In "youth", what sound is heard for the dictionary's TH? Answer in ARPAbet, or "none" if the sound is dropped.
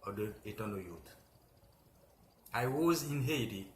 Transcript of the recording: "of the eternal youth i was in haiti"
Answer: T